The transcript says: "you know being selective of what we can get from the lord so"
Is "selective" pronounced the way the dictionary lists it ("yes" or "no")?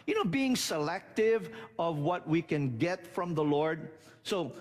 yes